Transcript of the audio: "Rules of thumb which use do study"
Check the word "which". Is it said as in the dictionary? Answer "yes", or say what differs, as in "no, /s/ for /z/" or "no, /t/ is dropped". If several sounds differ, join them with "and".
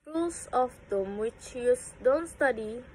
yes